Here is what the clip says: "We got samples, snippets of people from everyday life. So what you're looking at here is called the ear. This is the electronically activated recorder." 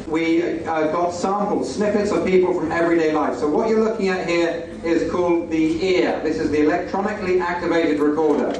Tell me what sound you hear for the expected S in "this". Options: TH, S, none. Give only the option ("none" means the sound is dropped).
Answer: S